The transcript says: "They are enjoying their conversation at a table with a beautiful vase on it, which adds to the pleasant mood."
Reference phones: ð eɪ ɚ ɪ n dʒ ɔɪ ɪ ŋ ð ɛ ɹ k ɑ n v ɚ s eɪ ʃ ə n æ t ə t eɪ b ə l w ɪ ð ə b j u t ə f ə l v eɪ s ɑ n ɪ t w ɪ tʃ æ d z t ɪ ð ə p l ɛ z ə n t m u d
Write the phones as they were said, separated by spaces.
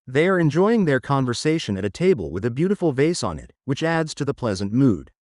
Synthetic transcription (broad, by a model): ð eɪ ɚ ɪ n dʒ ɔɪ ɪ ŋ ð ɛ ɹ k ɑ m v ɚ s eɪ ʃ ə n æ t ə t eɪ b ə l w ɪ ð ə b j u t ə f l v eɪ s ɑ n ɪ t w ɪ tʃ æ d z t ɪ ð ə p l ɛ z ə n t m u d